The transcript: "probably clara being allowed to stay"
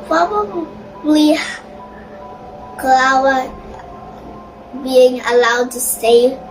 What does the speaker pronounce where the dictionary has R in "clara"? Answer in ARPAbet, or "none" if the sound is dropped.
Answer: W